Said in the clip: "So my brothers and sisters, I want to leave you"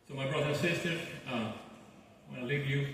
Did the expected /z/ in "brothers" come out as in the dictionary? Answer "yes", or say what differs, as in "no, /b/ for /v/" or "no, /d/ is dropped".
no, /z/ is dropped